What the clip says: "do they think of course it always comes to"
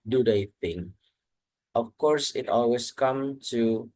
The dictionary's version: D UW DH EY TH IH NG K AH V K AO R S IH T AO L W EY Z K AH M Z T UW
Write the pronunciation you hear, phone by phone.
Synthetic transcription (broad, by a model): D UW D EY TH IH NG AH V K AO R S IH T AO L W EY S K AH M T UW